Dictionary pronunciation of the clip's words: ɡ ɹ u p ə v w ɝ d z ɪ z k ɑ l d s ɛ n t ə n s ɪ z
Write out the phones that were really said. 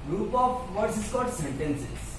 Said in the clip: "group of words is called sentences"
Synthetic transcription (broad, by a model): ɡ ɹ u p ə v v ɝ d s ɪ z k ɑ d s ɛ n t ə n s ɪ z